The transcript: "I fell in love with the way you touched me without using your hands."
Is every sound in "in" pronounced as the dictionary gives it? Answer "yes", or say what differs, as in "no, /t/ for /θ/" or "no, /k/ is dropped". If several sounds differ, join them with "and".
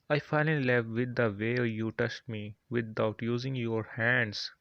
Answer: no, /l/ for /n/